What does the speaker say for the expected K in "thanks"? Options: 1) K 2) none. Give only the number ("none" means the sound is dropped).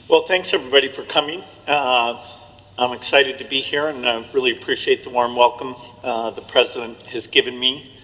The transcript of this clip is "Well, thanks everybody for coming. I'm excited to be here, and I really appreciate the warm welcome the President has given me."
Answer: 1